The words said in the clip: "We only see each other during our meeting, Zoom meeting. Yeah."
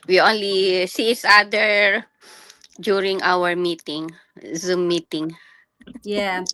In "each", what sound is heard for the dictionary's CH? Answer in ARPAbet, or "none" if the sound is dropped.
S